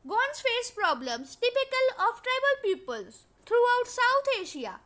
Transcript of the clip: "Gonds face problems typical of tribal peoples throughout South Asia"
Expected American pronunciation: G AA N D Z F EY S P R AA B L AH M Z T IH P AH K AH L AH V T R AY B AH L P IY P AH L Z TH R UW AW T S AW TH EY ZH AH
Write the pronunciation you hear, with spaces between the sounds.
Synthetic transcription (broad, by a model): G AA N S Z F EY S P R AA B L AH M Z T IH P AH K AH L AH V T R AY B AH L P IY P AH L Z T R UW AW T S AW T EY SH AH